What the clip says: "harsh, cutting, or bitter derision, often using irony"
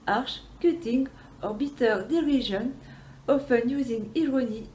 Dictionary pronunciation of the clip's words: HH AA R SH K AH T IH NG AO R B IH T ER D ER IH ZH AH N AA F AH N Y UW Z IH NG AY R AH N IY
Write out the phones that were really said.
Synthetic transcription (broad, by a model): AA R SH K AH T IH NG AO R B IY T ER D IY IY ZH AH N AA F AH N Y UW Z IH NG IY R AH N IY